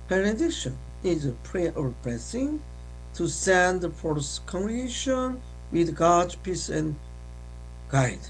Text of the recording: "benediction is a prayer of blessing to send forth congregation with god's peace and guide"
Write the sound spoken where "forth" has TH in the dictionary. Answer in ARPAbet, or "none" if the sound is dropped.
S